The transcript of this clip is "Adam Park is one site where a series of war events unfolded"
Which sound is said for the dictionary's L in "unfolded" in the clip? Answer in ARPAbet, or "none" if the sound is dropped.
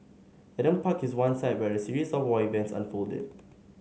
L